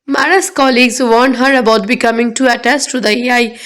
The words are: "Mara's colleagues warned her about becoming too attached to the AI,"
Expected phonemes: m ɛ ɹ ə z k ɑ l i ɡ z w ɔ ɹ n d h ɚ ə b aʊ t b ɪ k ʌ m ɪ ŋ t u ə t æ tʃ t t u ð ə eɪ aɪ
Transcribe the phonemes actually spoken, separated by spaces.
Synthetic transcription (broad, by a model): m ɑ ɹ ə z k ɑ l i ɡ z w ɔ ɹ n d h ɚ ə b aʊ t b ɪ k ʌ m ɪ ŋ t u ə t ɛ s t t u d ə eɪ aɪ